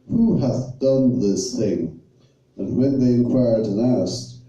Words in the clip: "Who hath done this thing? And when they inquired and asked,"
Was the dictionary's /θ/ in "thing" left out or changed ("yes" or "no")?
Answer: no